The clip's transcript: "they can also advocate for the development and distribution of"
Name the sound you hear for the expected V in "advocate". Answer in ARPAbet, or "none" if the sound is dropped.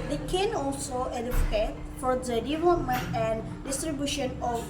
F